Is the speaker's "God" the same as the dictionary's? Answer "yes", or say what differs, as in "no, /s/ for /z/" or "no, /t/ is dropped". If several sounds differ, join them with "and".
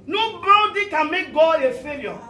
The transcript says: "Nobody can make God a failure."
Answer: no, /d/ is dropped